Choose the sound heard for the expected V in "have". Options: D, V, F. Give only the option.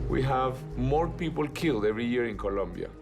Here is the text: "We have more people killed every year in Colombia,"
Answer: V